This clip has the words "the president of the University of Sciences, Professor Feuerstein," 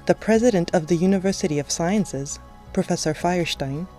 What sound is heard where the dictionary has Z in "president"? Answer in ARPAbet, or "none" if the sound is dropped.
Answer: Z